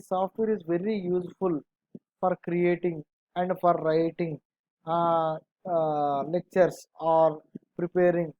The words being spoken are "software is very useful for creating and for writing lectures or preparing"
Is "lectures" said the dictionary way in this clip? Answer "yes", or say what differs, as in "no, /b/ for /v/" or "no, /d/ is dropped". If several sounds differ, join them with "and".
no, /s/ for /z/